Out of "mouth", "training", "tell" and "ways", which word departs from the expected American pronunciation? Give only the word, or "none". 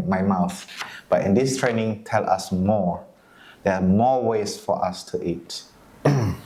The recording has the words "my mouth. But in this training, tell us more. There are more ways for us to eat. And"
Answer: ways